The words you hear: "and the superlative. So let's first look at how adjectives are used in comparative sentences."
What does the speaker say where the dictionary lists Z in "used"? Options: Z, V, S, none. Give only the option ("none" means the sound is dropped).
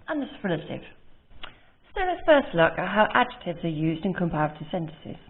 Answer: Z